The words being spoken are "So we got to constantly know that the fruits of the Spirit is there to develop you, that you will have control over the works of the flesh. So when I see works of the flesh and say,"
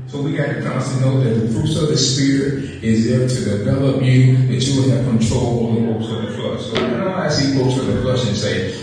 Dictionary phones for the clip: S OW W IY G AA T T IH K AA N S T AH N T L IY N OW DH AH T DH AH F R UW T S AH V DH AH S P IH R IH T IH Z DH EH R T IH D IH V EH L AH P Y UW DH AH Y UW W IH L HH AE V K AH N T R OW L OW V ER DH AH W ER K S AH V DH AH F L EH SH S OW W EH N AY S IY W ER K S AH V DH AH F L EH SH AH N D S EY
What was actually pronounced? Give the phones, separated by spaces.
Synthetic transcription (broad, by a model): S OW W IY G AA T T IH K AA S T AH N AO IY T DH AH T DH AH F R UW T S AH V DH AH S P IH R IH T IH Z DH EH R T IH D IH V EH L AH P Y UW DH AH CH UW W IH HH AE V K AH N T R OW L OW ER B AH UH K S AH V DH AH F L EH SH S OW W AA AY S IY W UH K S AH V DH AH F L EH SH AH N S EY